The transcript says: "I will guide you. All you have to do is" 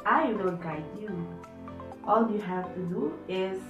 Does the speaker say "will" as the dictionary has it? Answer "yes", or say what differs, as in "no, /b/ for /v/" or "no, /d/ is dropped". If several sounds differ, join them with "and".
no, /n/ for /l/